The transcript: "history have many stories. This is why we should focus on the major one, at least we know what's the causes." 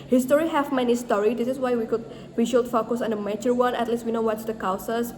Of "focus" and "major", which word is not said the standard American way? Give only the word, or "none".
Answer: major